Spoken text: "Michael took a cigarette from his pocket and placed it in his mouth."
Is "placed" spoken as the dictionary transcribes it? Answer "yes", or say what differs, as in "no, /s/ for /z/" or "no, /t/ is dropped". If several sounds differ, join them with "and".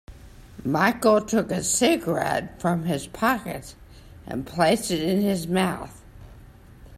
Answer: yes